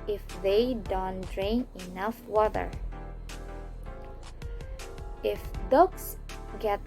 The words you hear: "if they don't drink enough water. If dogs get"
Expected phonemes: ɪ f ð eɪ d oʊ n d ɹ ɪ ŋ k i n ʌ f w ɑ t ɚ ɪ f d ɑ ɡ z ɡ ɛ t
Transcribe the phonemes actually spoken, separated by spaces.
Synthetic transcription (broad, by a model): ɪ f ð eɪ d oʊ n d ɹ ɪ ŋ i n ʌ f w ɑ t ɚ ɪ f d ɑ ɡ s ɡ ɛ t